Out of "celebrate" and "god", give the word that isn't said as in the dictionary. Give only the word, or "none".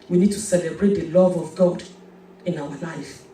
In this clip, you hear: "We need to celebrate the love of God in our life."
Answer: none